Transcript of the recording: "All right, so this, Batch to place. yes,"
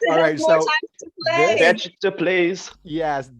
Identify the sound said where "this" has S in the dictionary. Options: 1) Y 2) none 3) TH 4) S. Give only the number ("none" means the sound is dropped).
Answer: 2